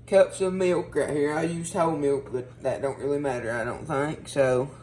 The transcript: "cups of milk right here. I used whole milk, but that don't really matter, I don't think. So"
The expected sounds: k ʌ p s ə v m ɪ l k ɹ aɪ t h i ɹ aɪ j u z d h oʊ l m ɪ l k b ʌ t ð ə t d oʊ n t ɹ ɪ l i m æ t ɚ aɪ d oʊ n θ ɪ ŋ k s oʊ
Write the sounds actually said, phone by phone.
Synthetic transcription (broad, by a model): k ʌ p s ə v m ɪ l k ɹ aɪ h i ɹ aɪ j u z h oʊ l m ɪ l k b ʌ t ð ə t d oʊ n t ɹ ɪ l i m æ t ɚ aɪ d oʊ n θ ɪ ŋ k s oʊ